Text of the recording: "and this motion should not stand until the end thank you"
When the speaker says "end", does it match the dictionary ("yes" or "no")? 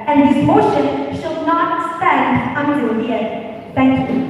no